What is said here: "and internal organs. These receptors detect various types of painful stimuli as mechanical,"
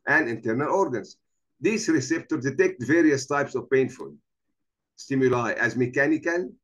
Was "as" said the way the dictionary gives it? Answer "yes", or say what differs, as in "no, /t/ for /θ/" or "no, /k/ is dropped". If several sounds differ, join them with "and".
yes